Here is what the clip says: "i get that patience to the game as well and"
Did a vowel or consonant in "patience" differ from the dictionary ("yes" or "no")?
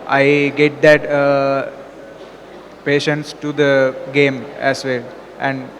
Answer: no